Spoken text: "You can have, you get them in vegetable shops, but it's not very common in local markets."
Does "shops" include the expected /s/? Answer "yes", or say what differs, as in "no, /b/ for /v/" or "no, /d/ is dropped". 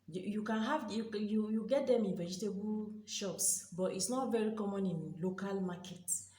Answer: yes